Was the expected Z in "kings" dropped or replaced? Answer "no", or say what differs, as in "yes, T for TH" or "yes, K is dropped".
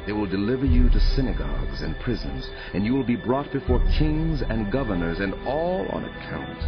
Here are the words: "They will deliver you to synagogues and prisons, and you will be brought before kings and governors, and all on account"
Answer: no